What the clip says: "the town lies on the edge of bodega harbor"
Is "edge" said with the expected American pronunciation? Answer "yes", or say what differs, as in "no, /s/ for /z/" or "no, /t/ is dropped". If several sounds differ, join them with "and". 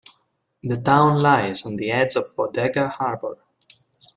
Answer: no, /z/ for /dʒ/